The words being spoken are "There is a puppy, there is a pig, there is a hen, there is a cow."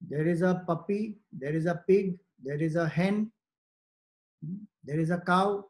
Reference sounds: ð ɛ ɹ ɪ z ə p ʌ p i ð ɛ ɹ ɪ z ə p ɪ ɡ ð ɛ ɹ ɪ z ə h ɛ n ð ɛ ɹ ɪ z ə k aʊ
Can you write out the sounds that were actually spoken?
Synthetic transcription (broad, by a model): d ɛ ɹ ɪ z ə p ʌ p i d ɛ ɹ ɪ z ə p ɪ ɡ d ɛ ɹ ɪ z ə h ɛ n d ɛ ɹ ɪ z ə k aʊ